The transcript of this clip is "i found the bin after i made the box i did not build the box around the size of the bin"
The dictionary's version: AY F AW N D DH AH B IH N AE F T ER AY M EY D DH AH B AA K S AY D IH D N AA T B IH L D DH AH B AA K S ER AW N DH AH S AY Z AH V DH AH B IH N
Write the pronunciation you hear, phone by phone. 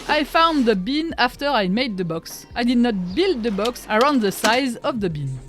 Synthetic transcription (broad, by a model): AY F AW N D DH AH B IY N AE F T ER AY M EY D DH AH B AA K S AY D IH D N AA T B IH L D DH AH B AA K S ER AW N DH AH S AY Z AH V DH AH B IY N